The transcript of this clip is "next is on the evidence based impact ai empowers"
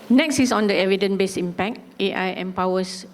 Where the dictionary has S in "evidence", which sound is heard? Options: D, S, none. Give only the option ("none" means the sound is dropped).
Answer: none